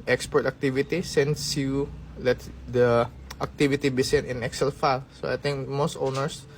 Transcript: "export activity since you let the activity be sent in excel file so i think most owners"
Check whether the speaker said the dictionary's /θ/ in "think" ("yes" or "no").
no